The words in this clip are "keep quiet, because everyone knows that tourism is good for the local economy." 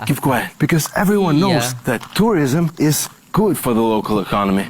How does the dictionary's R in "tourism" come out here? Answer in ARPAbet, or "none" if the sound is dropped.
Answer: R